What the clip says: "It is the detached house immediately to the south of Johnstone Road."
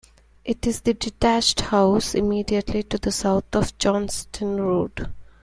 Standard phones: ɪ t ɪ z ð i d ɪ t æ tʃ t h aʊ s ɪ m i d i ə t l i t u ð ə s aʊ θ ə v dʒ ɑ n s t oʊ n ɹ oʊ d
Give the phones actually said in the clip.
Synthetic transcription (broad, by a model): ɪ t ɪ z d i d ɪ t æ tʃ t h aʊ s ɪ m i d i ə t l i t u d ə s aʊ t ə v dʒ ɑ n s t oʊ n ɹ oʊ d